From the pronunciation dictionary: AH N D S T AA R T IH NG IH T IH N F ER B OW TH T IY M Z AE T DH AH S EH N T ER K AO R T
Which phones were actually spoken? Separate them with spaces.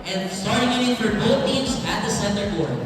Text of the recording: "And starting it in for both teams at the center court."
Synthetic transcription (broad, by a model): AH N S T AA R T IH NG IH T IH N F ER B OW TH T IY M Z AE T DH AH S EH N T ER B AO R